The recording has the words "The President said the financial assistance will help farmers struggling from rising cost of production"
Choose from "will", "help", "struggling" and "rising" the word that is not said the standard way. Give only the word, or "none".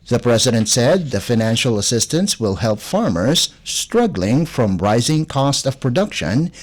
none